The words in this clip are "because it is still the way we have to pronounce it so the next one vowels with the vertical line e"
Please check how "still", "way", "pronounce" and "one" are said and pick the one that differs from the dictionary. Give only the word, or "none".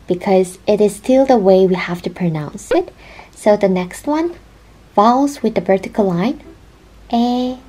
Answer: none